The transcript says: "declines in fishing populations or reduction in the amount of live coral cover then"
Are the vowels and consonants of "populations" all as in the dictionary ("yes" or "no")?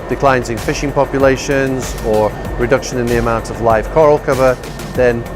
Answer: yes